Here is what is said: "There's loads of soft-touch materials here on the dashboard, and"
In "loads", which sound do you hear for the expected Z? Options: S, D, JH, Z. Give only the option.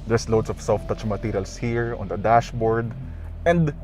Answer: S